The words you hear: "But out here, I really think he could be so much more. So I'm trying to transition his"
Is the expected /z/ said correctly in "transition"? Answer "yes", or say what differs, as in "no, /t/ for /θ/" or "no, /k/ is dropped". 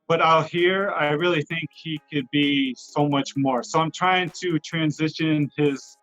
yes